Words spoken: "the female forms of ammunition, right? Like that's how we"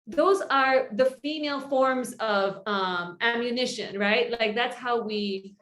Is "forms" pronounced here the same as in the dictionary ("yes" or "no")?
yes